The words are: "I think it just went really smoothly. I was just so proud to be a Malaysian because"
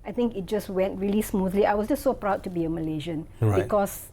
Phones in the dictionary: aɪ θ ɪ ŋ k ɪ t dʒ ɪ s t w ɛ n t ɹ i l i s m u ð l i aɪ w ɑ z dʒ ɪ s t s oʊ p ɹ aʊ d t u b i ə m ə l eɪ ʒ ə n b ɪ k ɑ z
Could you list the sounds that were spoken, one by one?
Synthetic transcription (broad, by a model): aɪ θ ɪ ŋ k ɪ t dʒ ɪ s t w ɛ n t ɹ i l i s m u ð l i aɪ w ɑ s dʒ ɪ s t s oʊ p ɹ aʊ d t u b i ə m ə l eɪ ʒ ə n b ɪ k ɑ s